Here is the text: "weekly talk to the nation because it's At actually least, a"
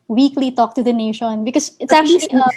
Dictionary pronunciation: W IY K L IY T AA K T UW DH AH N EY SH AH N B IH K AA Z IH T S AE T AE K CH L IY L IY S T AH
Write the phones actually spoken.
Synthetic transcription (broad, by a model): W IY K L IY T AA K T UW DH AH N EY SH AH N B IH K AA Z IH T S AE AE K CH IY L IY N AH